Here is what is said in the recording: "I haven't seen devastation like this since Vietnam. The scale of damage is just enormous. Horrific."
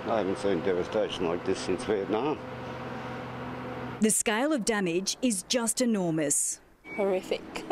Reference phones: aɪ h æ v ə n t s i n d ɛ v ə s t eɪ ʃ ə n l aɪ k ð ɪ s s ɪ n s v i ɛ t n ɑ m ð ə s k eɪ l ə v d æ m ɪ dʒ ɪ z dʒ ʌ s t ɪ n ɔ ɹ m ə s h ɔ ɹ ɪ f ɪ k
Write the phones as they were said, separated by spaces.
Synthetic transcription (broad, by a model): aɪ h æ v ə n t s i n d ɛ v ə s t eɪ ʃ ə n l aɪ k ð ɪ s s ɪ n s w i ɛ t n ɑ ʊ ð ə s k eɪ l ə v d æ m ɪ dʒ ɪ z dʒ ʌ s t ɪ n ɔ ɹ m ə s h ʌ ɹ ɪ f ɪ k